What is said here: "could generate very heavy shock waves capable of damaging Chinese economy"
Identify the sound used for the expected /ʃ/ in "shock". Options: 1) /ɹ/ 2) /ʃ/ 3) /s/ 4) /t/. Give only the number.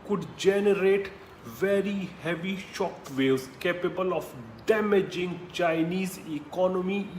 2